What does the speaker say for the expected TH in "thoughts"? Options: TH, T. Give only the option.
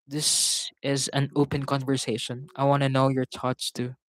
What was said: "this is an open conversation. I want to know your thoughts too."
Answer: T